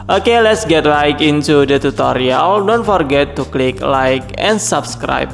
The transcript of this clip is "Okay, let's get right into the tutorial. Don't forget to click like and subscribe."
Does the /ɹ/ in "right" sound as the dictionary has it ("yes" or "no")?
no